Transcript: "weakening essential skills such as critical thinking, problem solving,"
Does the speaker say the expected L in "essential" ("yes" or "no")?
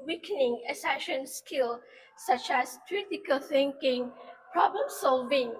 no